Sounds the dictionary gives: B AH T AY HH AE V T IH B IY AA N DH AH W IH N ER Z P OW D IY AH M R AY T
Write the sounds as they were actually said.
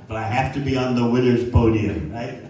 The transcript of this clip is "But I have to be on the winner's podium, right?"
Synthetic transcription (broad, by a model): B AH T AY HH AE F T IH B IY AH N DH AH W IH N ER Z P OW D IY AH M R AY T